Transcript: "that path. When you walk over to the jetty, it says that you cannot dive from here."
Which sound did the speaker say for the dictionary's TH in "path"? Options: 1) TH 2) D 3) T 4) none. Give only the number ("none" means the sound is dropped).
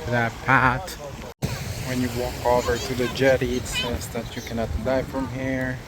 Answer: 3